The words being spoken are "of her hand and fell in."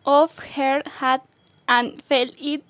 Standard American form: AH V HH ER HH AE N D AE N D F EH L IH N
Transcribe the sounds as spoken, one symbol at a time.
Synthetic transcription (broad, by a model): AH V HH ER HH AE D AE N F EH L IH